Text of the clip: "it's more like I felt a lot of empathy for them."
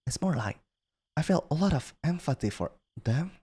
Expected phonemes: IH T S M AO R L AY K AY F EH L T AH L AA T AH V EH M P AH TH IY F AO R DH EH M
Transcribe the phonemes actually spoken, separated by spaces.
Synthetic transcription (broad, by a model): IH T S M AO R L AY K AY F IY L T AH L AA T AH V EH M F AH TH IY F AO R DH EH M